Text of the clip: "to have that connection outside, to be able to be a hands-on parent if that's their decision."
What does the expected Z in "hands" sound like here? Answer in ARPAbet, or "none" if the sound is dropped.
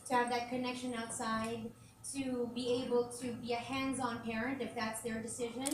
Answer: Z